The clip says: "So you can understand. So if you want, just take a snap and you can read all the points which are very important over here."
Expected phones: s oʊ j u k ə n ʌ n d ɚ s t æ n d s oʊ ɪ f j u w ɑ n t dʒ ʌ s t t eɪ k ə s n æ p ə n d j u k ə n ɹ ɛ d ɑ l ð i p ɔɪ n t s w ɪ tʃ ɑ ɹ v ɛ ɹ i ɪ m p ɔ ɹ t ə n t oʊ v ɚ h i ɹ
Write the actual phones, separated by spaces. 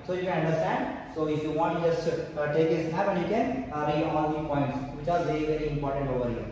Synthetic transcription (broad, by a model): s oʊ j u k ə n ʌ n d ɚ s t æ n d s oʊ ɪ f j u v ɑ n t dʒ ʌ s t t eɪ k ə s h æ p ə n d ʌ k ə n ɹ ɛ ɑ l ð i p ɔɪ n t s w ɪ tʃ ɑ ɹ v ɛ ɹ i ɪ m p ɔ ɹ t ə n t oʊ v ɚ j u